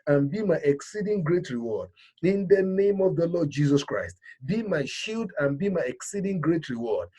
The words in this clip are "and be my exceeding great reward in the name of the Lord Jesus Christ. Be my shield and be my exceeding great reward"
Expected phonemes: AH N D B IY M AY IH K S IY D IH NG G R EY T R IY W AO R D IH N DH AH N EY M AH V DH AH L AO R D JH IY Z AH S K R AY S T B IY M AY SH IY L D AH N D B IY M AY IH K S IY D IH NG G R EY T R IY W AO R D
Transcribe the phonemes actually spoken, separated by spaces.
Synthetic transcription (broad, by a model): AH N B IY M AY IH K S IY D IH NG G R EY T R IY W AO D IH N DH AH N EY M AH V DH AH L AO D JH IY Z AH S K R AY S T B IY M AY SH IY L D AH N B IY M AY IH K S IY D IH NG G R EY T R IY W AO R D